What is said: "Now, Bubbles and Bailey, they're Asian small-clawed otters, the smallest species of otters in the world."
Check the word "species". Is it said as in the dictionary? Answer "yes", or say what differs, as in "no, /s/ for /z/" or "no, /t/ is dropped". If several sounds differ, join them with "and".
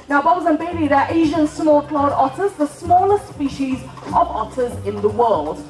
yes